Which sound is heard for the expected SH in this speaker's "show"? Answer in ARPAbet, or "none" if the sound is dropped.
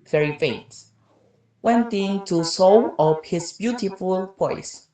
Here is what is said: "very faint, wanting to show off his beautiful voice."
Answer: S